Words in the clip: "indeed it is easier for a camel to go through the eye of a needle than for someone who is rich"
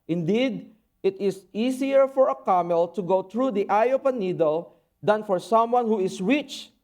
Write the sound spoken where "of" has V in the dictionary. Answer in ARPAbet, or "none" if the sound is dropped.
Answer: P